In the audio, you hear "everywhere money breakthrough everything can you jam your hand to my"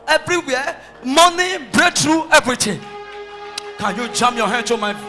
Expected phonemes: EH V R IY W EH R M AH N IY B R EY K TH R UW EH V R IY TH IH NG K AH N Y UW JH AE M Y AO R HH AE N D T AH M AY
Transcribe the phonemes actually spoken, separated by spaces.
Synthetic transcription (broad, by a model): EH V R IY W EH M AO N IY B R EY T R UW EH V R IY T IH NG K AH N Y UW JH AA M Y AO HH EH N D T AH M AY